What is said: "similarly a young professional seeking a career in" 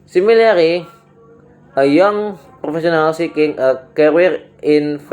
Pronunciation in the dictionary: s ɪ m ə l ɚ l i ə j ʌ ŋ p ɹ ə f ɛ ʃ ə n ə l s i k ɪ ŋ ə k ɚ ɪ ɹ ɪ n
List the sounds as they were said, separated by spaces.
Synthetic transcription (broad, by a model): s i m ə l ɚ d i ə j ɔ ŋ p ɹ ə f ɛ s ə n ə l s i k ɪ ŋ ə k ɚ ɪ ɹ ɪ n